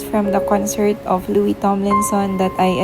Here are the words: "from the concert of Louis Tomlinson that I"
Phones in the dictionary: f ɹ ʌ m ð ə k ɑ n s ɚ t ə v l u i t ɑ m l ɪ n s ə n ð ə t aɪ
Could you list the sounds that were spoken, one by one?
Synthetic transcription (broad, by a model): f ɹ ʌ m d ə k ɑ n s ɚ t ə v l u i t ɑ m l ɪ n s ə n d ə t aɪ